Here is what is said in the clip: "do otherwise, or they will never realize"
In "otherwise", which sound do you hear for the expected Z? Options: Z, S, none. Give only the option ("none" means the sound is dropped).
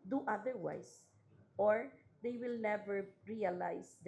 S